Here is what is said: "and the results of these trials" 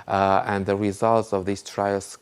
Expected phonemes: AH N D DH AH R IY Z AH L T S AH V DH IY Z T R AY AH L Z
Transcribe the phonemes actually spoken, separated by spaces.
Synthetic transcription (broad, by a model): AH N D DH AH R IY Z AH L T S AH V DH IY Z T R AY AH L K